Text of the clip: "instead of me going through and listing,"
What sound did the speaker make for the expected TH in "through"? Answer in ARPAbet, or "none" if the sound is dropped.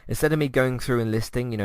TH